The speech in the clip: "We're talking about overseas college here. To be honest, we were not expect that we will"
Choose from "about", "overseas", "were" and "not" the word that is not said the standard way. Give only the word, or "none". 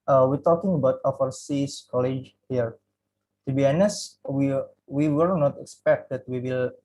overseas